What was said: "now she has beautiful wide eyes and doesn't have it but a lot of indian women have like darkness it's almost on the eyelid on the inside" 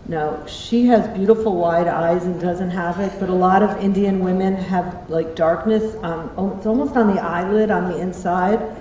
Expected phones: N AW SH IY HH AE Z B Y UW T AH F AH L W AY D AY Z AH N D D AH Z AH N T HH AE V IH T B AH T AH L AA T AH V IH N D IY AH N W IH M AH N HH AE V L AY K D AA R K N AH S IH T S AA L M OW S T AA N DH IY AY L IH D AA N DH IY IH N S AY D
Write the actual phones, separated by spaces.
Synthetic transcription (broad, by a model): N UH SH IY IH Z B Y UW T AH F L W AY D AY Z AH N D D AH Z AH N T HH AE V IH T B AH T AH L AA T AH V IH N D IY AH N W IH M AH N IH V L AY K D AA R K N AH S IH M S AA L M OW S T N DH IY AY L IH D N DH IY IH N S AY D